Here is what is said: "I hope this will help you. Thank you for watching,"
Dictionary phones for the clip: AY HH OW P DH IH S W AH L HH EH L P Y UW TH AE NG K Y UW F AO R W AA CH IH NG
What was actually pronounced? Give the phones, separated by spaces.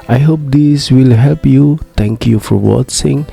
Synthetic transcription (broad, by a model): AY HH OW P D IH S W AH L HH EH L P Y UW T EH NG K Y UW F AO R W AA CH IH NG